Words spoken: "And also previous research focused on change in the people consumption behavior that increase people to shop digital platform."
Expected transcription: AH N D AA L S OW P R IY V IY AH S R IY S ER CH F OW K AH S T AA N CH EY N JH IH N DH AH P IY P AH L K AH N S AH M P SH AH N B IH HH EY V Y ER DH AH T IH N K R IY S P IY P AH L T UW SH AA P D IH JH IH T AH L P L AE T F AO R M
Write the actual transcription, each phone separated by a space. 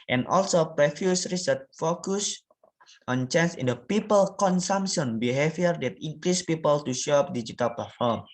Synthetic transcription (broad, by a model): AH N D AA L S OW P R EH F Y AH S R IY S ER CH F OW K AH S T AA N CH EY N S IH N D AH P IY P AH L K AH N S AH M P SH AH N B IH HH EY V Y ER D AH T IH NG K R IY S P IY P AH L T UW SH AA P D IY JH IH T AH L P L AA T F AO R M